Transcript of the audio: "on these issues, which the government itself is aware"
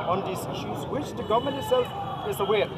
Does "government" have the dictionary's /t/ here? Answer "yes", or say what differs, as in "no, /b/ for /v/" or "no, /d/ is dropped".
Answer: no, /t/ is dropped